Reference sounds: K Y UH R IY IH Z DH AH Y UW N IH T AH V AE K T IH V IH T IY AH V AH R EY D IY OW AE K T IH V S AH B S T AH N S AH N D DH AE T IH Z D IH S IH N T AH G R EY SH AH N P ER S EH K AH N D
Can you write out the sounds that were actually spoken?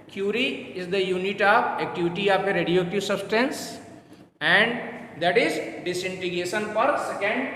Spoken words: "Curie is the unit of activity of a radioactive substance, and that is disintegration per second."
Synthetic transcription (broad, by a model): K Y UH R IY IH Z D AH Y UW N IH T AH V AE K T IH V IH T IY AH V AH R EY D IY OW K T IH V S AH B S T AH N S AH N D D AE T IH Z D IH S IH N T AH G EY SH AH N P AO S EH K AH N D